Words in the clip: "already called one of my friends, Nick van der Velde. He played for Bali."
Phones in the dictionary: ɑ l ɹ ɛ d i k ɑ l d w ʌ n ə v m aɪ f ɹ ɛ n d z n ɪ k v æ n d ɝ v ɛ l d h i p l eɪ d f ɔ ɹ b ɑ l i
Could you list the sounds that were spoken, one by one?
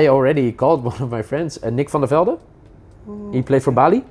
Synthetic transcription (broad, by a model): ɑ l ɹ ɛ d i k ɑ l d w ʌ n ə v m aɪ f ɹ ɛ n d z n ɪ k f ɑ n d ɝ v ɛ l d h i p l eɪ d f ɔ ɹ b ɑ l i